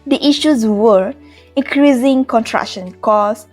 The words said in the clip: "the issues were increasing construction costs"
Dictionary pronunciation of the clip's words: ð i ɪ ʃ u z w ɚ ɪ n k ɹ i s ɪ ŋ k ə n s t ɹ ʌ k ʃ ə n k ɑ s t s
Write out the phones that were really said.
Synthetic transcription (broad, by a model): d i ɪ ʃ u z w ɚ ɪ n k ɹ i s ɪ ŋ k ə n t ɹ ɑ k ʃ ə n k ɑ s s